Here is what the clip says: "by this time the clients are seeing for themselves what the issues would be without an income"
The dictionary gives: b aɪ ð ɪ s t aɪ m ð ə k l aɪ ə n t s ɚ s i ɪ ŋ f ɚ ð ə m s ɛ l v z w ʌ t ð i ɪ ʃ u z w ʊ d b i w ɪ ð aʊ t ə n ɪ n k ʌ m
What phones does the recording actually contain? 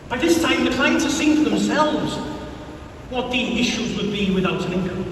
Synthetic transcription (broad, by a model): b aɪ ð ɪ s t aɪ m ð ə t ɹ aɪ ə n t ɚ s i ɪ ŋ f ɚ ð ə m s ɛ l v z w ʌ t ð i ɪ ʃ u z w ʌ d b i w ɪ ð aʊ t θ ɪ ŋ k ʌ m